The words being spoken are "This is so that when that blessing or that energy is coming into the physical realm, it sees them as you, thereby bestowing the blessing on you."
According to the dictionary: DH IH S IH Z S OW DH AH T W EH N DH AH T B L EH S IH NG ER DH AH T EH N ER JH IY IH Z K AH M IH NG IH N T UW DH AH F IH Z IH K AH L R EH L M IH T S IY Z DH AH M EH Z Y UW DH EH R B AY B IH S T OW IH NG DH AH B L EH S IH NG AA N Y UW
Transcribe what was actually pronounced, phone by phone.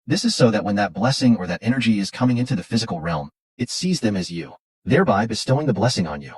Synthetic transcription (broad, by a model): DH IH S IH Z S OW DH AH T W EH N DH AH T B L EH S IH NG ER DH AH T EH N ER JH IY IH Z K AH M IH NG IH N T UW DH AH F IH Z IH K L R EH L M IH T S IY Z DH AH M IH Z Y UW DH EH R B AY B IH S T OW IH NG DH AH B L EH S IH NG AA N Y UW